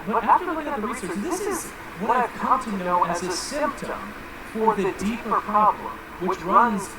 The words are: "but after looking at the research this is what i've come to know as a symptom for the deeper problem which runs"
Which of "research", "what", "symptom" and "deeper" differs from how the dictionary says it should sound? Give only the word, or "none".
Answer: none